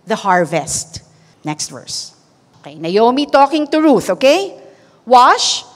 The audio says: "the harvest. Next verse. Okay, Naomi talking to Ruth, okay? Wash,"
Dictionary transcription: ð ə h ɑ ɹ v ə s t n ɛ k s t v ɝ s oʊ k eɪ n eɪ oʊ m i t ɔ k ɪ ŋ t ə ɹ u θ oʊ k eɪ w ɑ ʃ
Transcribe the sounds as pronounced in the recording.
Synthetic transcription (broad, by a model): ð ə h ɑ ɹ v ə s t n ɛ k s t v ɝ s oʊ k eɪ n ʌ oʊ m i t ɔ k ɪ ŋ t ə ɹ u θ oʊ k eɪ w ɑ ʃ